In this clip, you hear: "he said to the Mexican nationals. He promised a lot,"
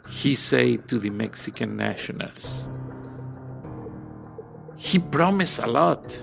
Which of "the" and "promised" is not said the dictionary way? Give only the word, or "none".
promised